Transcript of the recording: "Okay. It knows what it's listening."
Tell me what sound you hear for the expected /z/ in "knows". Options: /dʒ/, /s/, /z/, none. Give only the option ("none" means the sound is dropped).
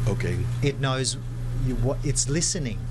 /z/